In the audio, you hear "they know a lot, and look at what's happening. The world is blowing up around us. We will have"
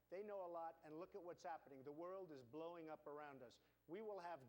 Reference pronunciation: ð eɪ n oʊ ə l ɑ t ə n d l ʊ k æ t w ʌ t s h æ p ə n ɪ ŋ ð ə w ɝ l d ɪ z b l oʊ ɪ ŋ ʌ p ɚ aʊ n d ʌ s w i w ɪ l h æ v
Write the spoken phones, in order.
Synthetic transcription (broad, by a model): ð eɪ n oʊ ə l ɑ t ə n l ʊ k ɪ t w ʌ t s h æ p ə n ɪ ŋ ð ə w ɝ l d ɪ z b l oʊ ɪ ŋ ʌ p ɚ aʊ n d ʌ s w i w ɪ l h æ v